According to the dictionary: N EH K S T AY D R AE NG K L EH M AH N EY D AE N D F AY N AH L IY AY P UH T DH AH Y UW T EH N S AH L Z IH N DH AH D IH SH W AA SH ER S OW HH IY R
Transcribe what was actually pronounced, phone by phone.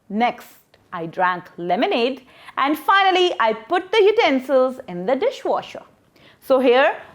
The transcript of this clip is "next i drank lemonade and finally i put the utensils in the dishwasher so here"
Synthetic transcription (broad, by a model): N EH K S T AY D R AE NG K L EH M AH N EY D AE N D F AY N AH L IY AY P UH T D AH Y UW T EH N S AH L Z IH N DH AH D IH SH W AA SH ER S OW HH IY R